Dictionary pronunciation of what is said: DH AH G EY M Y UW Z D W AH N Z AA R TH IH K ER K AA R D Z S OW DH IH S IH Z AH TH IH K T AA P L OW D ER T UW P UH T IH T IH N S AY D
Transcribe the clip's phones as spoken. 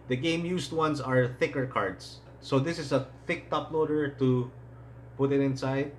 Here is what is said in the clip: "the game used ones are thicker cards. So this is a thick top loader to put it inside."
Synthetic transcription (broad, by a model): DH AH G EY M Y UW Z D W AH N S AA R TH IH K ER K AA R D S OW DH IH S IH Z AH TH IH K T AA P L OW D ER T UW P UH T IH T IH N S AY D